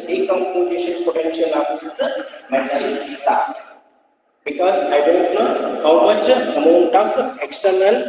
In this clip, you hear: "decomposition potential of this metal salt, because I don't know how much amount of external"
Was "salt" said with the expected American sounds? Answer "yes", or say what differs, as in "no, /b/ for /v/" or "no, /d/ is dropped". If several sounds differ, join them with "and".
no, /l/ is dropped